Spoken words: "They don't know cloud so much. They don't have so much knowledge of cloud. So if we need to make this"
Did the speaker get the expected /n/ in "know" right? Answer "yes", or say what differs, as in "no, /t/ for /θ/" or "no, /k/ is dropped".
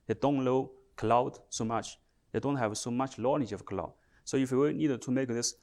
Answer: no, /l/ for /n/